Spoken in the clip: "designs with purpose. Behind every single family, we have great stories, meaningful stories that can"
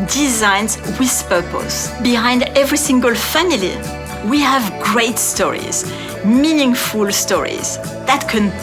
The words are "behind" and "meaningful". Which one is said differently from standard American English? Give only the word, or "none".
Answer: none